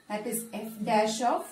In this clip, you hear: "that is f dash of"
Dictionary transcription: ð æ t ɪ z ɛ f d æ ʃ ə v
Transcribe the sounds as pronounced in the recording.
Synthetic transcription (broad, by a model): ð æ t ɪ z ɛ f d æ ʃ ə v